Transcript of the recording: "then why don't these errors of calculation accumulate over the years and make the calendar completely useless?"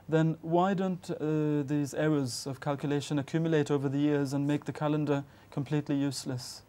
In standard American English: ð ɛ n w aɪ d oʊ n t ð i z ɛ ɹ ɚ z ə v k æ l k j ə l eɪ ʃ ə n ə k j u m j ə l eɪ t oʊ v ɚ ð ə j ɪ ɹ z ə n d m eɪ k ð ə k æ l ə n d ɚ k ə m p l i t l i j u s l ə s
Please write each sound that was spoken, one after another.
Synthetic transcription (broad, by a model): ð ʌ n w aɪ d oʊ n t ð i z ɛ ɹ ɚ z ə v k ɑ l k j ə l eɪ ʃ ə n ə k j u m j ə l eɪ t oʊ v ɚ ð ə j ɪ ɹ z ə n m eɪ k ð ə k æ l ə n d ɚ k ə m p l i t l i j u s l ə s